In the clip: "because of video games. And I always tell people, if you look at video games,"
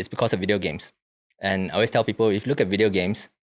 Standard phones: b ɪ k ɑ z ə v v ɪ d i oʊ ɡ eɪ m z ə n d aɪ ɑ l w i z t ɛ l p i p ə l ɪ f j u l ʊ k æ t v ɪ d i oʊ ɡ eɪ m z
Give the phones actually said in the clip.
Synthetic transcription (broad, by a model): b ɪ k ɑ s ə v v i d i oʊ ɡ eɪ m s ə n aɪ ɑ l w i s t ɛ l p i p ə l ɪ f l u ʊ k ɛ t v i d i oʊ ɡ eɪ m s